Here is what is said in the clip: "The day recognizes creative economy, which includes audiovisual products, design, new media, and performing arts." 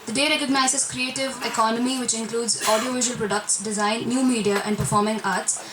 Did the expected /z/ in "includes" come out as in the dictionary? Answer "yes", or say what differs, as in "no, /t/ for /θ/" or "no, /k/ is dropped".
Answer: yes